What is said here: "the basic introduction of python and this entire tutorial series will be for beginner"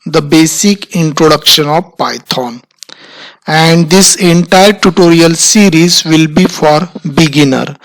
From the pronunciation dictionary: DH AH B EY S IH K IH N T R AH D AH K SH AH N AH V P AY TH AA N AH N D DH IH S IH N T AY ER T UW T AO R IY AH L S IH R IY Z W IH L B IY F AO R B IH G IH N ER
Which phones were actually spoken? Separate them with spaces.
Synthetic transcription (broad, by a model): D AH B EY S IH K IH N T R AH D AH K SH AH N AH V P AY T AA N AH N D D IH S IH N T AY ER T UW T AO R IY AH L S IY R IY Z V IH L B IY F AO R B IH G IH N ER